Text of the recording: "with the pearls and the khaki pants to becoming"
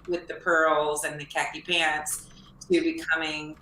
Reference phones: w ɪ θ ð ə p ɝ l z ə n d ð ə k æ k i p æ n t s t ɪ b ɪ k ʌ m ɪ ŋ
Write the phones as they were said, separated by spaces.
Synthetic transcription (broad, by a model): w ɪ ð ə p ɝ l z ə n ð ə k æ k i p æ n t s t ɪ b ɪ k ʌ m ɪ ŋ